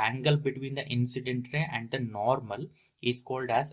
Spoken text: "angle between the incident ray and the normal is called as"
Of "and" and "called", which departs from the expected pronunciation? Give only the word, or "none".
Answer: none